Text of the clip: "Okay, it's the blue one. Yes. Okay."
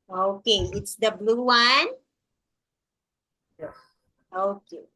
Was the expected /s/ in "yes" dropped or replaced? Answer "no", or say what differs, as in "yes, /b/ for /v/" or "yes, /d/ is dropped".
yes, /s/ is dropped